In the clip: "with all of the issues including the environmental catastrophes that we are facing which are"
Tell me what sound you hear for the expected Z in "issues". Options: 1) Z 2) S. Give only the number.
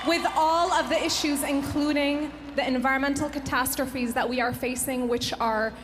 1